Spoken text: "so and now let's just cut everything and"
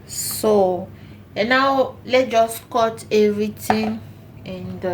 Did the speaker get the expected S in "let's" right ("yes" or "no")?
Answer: no